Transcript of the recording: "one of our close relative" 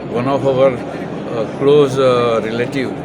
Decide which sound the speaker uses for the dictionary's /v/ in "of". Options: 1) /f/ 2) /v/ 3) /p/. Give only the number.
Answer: 3